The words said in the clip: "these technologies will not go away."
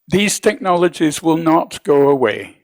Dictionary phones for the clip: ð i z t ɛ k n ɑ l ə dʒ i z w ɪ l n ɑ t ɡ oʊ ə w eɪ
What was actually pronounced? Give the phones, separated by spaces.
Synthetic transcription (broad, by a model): ð i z t ɛ k n ɑ l ə dʒ i z w ɪ l n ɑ t ɡ oʊ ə w eɪ